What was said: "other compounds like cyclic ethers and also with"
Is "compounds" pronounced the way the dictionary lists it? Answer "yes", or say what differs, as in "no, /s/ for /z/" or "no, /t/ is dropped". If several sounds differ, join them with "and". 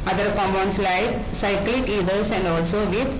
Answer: no, /p/ is dropped